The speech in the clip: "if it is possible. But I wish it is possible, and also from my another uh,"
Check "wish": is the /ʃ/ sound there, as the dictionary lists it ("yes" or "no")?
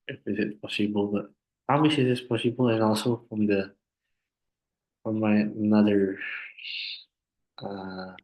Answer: no